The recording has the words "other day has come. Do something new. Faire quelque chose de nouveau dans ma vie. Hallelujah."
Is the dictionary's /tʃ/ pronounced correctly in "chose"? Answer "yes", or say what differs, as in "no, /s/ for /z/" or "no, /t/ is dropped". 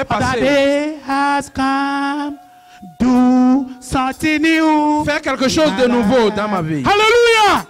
no, /ʃ/ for /tʃ/